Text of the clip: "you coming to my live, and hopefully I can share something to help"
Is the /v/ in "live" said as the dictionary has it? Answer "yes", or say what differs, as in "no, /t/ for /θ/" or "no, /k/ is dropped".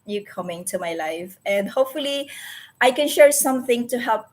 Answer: no, /f/ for /v/